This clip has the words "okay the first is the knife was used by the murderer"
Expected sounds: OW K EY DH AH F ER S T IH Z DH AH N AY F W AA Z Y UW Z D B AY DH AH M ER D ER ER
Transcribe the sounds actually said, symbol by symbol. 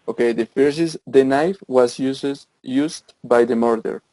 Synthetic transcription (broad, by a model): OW K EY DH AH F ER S IH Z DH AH N AY F W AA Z Y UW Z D B AY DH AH M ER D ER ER